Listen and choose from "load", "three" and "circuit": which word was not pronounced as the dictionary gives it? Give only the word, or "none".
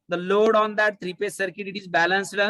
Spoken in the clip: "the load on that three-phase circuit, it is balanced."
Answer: three